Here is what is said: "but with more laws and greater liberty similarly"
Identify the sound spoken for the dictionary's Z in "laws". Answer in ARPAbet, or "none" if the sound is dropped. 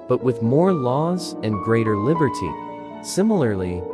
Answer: Z